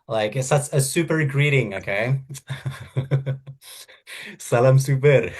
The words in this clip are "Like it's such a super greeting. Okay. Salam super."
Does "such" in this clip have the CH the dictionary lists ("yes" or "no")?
no